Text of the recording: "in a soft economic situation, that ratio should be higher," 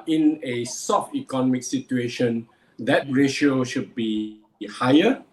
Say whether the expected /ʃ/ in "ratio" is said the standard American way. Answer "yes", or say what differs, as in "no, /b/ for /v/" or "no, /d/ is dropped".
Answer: yes